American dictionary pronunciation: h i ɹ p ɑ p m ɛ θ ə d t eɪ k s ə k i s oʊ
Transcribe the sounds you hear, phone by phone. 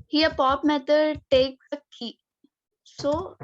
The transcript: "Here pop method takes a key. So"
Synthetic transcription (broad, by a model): h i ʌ p ɑ p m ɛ t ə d t eɪ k ə k i s oʊ